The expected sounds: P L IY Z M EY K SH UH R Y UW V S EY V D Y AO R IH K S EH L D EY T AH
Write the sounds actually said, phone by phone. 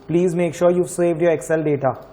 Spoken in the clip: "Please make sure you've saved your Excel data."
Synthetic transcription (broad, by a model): P L IY Z M EY K SH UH R Y UW V S EY V D Y AO R IH K S EH L D EY T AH